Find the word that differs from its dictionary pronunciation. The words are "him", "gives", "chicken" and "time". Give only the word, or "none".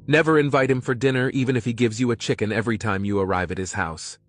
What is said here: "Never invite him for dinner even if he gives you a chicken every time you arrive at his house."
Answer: none